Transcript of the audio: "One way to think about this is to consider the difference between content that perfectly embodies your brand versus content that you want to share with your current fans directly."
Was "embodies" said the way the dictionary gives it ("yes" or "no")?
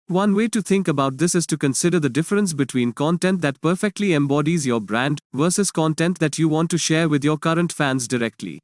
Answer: yes